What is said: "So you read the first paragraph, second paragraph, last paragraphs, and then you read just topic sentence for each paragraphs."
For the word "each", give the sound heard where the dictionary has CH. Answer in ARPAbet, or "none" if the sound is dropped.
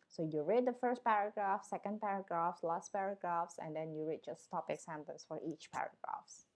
CH